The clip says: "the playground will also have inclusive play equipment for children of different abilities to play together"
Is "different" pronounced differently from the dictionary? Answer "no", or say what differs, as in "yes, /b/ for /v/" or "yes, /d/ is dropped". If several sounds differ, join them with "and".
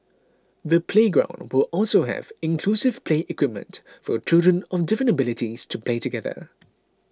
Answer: yes, /t/ is dropped